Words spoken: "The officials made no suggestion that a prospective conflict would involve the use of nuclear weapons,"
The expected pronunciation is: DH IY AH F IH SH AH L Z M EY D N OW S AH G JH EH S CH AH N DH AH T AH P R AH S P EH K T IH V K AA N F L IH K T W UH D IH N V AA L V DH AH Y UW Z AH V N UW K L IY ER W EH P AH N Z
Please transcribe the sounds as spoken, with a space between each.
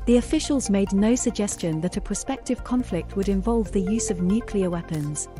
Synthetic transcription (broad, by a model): DH IY AH F IH SH AH L Z M EY D N OW S AH G JH EH S CH AH N DH AH T AH P R AH S P EH K T IH V K AA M F L IH K T W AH D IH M V AA L V DH AH Y UW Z AH V N UW K L IY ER W EH P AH N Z